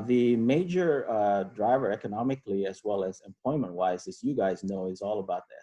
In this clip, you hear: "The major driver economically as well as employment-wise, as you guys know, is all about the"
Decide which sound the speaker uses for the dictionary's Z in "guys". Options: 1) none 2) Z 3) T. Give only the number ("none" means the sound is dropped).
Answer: 2